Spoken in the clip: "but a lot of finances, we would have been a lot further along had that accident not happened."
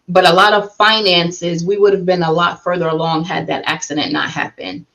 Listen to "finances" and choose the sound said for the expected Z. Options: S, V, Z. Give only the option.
Z